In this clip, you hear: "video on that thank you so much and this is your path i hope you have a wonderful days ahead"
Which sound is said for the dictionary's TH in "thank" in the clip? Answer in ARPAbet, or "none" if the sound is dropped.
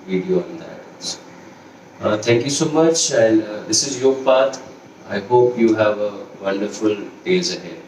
S